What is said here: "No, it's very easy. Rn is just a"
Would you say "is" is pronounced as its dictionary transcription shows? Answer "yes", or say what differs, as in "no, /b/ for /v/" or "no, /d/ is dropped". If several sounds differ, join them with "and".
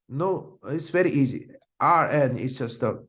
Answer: no, /s/ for /z/